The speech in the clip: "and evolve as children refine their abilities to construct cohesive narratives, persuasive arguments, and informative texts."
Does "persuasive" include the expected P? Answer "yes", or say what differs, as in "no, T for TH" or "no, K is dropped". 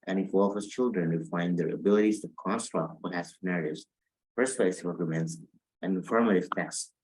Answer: no, F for P